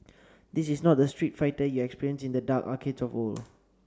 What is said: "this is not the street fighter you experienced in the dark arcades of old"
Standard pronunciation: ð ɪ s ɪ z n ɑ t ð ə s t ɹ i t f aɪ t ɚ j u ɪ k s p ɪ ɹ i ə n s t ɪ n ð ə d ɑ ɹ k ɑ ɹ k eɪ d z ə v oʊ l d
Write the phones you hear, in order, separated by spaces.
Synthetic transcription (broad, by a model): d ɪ s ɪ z n ɑ t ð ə s t ɹ i t f aɪ t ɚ j u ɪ k s p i ɹ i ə n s ɪ n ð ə d ɑ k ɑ k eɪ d s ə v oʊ l